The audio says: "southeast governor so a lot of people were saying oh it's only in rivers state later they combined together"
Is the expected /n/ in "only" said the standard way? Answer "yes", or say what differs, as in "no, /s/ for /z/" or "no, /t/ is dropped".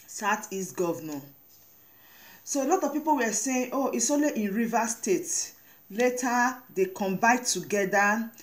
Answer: no, /n/ is dropped